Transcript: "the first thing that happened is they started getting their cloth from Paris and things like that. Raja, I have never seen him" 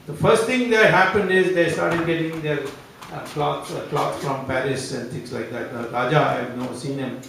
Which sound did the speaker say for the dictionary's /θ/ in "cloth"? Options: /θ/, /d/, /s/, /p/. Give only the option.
/s/